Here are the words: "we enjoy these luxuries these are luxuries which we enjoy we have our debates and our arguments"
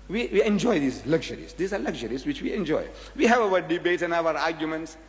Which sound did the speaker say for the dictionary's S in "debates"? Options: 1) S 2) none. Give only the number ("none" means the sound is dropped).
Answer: 2